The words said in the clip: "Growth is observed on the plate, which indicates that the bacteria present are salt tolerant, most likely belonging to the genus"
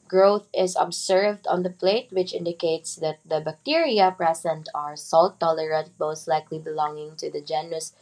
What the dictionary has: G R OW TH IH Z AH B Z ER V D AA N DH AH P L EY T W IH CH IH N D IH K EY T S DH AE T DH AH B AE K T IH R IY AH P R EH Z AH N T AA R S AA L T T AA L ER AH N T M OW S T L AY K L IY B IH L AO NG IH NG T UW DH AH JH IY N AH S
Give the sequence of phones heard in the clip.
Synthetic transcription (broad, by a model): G R OW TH IH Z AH B S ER V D AA N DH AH P L EY T W IH CH IH N D IH K EY T S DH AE T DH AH B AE K T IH R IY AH P R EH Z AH N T AA R S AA L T T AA L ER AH T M OW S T L AY K L IY B IH L AO NG IH NG T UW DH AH JH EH N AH S